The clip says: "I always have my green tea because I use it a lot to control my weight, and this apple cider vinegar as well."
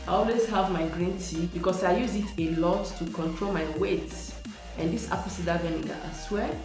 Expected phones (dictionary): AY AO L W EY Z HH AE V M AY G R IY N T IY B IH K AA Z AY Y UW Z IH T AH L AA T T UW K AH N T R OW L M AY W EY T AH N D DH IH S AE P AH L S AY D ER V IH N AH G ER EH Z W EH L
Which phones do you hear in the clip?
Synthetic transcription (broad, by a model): AY AO L W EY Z HH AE V M AY G R IY N T IY B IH K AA S AY Y UW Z IH T AH L AA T T UW K AH N T R OW L M AY W EY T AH N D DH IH S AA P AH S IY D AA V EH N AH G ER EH S W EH